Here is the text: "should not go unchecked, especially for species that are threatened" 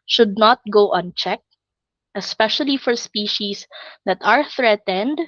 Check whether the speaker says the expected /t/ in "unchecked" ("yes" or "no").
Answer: yes